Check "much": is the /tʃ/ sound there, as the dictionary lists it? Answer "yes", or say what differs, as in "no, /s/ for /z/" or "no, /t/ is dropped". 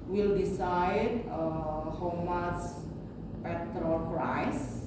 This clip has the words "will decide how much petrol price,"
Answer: no, /s/ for /tʃ/